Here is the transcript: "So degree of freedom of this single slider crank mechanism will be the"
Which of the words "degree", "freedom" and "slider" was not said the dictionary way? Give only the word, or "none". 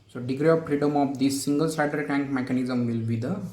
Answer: slider